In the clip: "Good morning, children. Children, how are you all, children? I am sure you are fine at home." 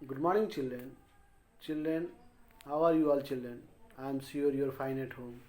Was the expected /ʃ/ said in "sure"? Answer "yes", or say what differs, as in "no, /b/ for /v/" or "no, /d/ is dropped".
no, /s/ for /ʃ/